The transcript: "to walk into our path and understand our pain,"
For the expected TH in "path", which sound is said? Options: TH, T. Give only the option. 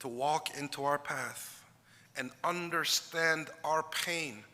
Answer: TH